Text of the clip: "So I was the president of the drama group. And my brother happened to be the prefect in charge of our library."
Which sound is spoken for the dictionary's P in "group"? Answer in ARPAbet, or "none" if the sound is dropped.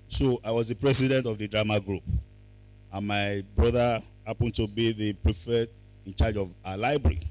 P